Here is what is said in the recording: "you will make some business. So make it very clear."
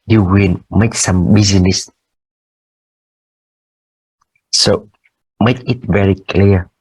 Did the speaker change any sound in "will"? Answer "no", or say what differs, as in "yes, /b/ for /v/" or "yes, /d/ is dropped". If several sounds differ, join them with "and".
yes, /n/ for /l/